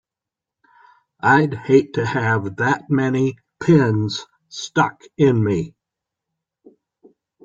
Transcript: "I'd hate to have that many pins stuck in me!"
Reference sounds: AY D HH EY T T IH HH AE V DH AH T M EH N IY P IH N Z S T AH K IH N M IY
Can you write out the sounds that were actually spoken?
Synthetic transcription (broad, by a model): AY D HH EY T T IH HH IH V DH AH T M EH N IY P IH N Z S T AH K IH N M IY